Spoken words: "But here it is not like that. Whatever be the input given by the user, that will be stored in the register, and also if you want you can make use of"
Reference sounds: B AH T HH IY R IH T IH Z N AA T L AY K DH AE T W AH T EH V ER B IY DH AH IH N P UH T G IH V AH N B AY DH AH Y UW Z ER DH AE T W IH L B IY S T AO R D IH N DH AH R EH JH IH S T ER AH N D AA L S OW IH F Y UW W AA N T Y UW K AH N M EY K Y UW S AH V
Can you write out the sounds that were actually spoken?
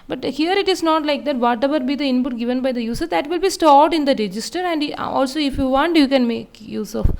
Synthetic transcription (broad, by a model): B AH T HH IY R IH T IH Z N AA T L AY K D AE T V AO T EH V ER B IY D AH IH N P UH T G IH V AH N B AY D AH Y UW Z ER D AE T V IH L B IY S T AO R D IH N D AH R EH JH IH S T ER AH N D AA L S OW IH F Y UW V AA N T Y UW K AH N M EY K Y UW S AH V